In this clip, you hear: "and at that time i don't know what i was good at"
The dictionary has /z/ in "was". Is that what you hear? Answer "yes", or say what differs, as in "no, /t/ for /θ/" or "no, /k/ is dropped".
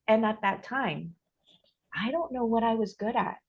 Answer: yes